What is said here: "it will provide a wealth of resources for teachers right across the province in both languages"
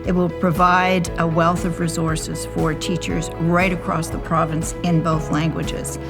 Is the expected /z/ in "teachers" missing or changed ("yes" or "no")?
no